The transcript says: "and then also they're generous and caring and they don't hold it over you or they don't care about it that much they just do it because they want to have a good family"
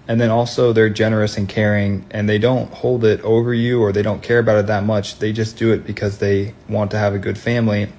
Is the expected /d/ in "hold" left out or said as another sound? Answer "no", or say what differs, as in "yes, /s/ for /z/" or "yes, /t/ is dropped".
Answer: no